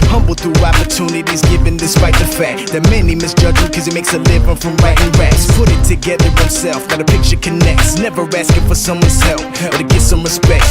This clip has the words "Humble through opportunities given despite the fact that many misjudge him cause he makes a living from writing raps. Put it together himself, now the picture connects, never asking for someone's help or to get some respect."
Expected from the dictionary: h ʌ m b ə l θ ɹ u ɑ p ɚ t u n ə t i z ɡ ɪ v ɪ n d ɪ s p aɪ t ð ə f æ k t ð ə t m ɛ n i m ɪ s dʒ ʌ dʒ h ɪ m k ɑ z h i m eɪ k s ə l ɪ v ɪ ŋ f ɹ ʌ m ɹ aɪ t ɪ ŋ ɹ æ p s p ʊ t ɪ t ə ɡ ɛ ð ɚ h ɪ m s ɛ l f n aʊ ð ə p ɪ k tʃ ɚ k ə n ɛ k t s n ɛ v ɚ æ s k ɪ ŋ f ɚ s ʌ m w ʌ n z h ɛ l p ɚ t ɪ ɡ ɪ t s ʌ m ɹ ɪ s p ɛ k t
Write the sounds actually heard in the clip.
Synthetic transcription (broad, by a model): h ʌ m b l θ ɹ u ɑ p ɚ t u n ə t i z ɡ ɪ v ɪ n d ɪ s p aɪ t ð ə f æ k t ð ə t m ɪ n i m ɪ s dʒ ʌ dʒ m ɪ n k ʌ z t m eɪ k s ə l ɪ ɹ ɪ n f ɹ ʌ m ɹ aɪ t ɪ ŋ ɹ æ s p ʊ t ɪ t ə ɡ ɛ ð ɚ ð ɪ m s ɛ l f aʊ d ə p ɪ k tʃ ɚ k ə n ɛ k t s n ɛ v ɚ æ s k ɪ f ɚ s ʌ m w ʌ n z h ɛ l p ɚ t ɪ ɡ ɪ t s ʌ m ɹ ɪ s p ɛ k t